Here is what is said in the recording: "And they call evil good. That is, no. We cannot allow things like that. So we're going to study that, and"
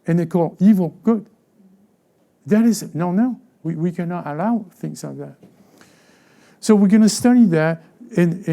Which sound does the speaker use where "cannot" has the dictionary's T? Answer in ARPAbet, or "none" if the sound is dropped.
T